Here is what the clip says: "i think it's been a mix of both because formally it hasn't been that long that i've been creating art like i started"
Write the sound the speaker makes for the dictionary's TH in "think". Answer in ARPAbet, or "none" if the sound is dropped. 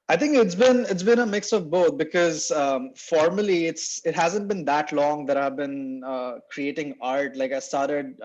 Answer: T